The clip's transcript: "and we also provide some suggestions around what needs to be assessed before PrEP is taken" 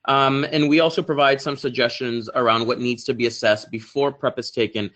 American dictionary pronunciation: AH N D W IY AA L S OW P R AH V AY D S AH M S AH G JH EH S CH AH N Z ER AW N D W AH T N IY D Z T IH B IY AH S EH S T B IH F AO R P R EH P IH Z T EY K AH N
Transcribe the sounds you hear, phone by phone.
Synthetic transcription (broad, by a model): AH N W IY AA L S OW P R AH V AY D S AH M S AH G JH EH S CH AH N Z ER AW N D W AH T N IY D Z T IH B IY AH S EH S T B IH F AO R P R EH P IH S T EY K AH N